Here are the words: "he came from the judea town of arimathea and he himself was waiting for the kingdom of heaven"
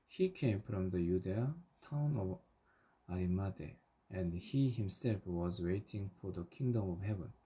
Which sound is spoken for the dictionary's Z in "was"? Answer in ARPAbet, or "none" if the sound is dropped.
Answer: Z